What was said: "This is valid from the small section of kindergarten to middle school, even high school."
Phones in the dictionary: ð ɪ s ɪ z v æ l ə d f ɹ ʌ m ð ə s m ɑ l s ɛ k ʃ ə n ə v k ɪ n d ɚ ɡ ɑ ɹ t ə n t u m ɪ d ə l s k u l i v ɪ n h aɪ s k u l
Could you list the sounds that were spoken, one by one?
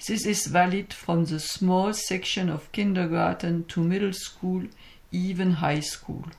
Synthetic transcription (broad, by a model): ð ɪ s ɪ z v æ l ə d f ɹ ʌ m ð ə s m ɑ l s ɛ k ʃ ə n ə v k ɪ n d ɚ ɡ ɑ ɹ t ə n t u m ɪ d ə l s k u l i v ɪ n h aɪ s k u l